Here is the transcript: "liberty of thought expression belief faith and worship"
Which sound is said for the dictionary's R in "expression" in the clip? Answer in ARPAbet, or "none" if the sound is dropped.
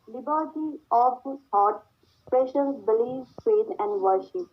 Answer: none